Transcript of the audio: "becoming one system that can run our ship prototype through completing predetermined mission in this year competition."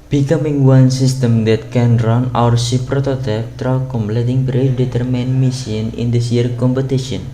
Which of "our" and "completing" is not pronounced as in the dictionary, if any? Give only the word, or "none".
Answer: none